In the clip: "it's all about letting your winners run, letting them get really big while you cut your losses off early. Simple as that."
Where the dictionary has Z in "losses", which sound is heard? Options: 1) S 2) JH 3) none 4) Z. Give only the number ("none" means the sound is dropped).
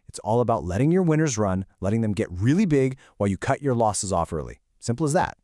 4